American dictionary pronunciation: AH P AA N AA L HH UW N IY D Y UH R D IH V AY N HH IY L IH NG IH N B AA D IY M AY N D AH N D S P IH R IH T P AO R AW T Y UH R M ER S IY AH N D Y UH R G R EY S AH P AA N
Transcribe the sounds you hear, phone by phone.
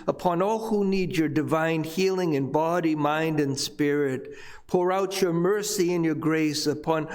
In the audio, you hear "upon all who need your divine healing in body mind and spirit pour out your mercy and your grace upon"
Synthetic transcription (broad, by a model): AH P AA N AA L HH UW N IY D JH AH R D IH V AY N HH IY L IH NG IH N B AA D IY M AY N D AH N S P IH R IH T P AO R AW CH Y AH R M ER S IY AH N Y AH R G R EY S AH P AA N